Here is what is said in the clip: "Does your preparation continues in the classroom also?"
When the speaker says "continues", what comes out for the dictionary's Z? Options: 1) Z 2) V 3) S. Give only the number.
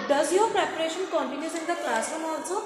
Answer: 3